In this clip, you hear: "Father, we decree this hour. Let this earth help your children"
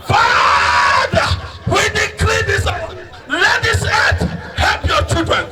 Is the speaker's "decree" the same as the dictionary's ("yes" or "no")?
no